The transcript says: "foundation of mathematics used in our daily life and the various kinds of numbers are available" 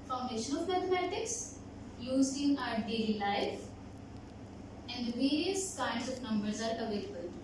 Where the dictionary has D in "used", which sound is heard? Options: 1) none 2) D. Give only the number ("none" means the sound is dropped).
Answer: 1